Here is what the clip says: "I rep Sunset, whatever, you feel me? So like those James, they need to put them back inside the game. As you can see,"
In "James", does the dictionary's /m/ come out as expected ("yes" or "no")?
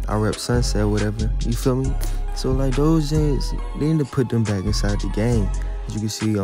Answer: no